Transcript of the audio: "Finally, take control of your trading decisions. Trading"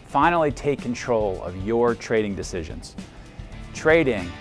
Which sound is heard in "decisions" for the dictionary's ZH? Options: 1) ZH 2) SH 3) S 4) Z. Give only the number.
1